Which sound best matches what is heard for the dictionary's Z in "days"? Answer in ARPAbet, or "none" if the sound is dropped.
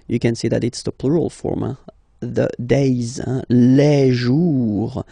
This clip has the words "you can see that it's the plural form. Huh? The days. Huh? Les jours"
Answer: Z